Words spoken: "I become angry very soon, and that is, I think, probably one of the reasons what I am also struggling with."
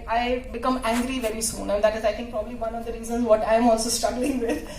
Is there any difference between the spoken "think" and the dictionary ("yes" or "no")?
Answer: yes